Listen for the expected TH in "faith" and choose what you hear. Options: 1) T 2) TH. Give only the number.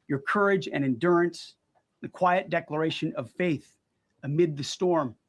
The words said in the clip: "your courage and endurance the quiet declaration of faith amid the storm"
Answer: 2